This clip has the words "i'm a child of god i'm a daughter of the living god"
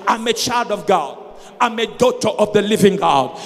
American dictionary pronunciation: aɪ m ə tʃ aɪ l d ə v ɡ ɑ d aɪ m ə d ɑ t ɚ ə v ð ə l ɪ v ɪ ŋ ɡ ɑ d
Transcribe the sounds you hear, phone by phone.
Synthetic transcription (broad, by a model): aɪ m ə tʃ aɪ l d ə v ɡ ɑ d aɪ m ə d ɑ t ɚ ə v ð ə l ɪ v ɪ ŋ ɡ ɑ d